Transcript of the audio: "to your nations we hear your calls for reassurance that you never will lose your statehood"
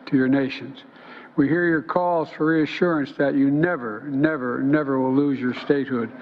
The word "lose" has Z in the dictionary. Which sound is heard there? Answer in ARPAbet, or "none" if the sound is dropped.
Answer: Z